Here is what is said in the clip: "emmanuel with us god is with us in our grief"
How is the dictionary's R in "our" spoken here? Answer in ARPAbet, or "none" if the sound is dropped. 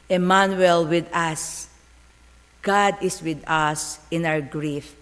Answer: W